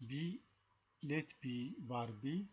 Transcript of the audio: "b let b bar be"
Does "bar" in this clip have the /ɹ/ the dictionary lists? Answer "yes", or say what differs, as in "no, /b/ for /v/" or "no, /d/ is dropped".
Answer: yes